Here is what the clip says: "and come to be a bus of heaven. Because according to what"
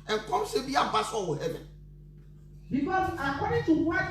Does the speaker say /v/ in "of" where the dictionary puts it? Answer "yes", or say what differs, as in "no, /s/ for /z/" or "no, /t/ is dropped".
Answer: no, /w/ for /v/